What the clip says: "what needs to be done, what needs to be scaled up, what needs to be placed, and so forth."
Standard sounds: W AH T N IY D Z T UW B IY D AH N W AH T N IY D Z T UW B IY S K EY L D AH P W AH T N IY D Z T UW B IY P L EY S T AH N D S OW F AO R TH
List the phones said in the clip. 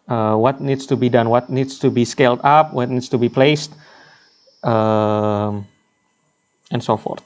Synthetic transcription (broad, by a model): W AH T N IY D S T UW B IY D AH N W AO T N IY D S T UW B IY S K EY L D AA P W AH T N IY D S T UW B IY P L EY S T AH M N S OW F AO R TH